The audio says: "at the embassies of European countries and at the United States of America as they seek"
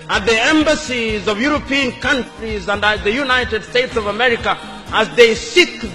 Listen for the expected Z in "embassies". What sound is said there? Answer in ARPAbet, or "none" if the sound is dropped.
Z